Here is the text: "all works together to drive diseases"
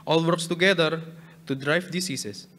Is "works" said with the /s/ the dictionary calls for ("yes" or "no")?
yes